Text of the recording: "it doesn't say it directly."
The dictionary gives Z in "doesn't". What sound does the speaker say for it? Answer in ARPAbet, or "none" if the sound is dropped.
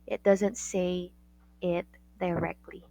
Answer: Z